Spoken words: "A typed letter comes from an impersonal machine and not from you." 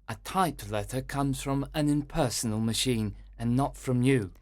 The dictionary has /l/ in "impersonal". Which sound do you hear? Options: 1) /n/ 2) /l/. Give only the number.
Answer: 2